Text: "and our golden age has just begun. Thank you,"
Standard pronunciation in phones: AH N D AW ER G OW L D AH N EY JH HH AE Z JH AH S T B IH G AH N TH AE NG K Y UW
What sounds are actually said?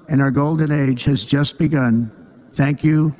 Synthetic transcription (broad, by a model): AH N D AW ER G OW L D AH N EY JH HH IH Z JH AH S T B IH G AH N TH AE NG K Y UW